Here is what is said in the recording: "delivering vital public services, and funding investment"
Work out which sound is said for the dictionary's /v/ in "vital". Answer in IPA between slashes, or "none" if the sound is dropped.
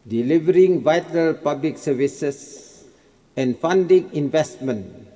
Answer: /v/